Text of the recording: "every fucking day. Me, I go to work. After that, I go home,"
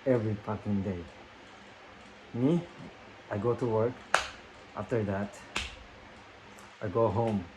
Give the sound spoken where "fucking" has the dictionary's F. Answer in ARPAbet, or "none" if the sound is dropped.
P